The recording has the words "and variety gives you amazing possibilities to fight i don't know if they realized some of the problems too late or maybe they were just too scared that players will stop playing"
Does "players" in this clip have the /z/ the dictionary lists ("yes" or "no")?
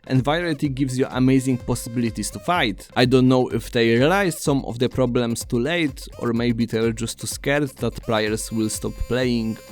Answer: no